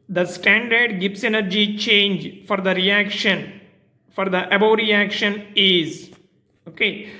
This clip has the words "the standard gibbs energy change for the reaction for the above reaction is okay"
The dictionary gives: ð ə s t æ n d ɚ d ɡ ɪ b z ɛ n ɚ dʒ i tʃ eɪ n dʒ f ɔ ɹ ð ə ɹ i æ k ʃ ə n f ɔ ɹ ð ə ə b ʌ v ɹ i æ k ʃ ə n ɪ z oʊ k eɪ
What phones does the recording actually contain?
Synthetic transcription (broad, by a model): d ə s t æ n d ɚ d ɡ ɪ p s ɛ n ɚ dʒ i tʃ eɪ n dʒ f ɔ ɹ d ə ɹ i æ k ʃ ə n f ɔ ɹ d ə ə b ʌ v ɹ i æ k ʃ ə n ɪ z oʊ k eɪ